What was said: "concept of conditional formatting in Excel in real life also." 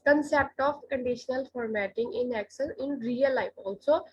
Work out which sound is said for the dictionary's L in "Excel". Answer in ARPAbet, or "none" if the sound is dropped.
N